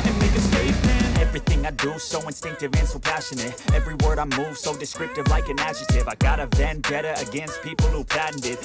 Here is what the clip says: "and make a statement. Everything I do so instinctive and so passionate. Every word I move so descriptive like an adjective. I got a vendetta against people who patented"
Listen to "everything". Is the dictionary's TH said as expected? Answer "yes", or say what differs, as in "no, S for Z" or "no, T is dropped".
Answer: yes